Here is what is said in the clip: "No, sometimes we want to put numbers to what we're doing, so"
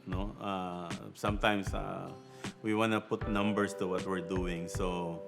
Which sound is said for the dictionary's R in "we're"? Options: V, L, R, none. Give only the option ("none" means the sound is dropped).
R